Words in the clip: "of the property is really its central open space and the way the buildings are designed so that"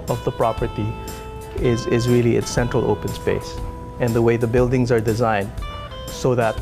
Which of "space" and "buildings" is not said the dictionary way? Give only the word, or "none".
none